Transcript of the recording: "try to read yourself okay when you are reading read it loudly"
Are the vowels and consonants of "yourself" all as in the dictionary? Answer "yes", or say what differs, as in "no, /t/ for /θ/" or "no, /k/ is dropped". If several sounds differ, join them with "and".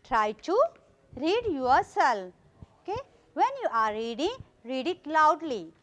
no, /f/ is dropped